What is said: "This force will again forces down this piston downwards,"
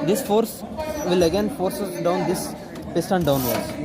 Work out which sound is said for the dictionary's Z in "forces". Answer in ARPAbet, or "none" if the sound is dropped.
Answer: S